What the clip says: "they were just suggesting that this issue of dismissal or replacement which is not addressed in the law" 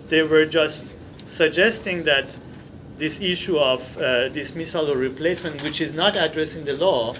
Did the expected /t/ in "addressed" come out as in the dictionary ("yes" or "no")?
no